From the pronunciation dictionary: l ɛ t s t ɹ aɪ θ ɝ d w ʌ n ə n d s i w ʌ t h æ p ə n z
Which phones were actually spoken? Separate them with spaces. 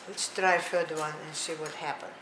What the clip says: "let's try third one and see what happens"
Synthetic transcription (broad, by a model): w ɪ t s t ɹ aɪ f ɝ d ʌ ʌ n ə n s i w ʌ t h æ p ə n